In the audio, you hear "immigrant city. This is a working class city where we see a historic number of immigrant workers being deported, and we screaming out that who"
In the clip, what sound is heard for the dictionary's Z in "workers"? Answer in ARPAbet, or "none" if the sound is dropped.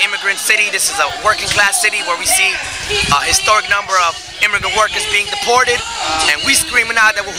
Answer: Z